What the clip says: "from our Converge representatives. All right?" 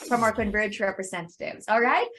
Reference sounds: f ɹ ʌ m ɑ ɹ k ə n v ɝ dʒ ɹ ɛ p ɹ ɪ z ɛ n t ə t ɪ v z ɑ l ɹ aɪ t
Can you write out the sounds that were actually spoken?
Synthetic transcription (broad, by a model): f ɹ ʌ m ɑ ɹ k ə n b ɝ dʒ ɹ ɛ p ɹ ɪ z ɛ n t ə t ɪ v z ɑ l ɹ aɪ t